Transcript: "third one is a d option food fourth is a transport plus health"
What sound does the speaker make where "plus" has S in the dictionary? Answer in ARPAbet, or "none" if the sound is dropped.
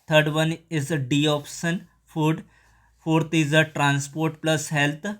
S